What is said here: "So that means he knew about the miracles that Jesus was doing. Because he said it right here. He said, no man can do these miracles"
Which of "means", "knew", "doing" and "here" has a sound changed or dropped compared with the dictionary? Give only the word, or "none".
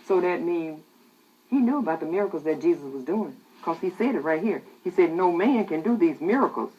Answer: means